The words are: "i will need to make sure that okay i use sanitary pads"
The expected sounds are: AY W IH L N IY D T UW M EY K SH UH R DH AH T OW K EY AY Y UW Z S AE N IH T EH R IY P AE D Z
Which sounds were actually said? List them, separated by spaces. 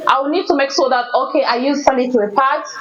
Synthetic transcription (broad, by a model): AY W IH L N IY D T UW M EY K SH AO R DH AH T OW K EY AY Y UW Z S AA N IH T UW IY P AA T